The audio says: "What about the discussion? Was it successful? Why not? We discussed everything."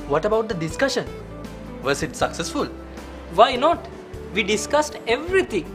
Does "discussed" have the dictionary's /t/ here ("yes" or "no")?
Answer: yes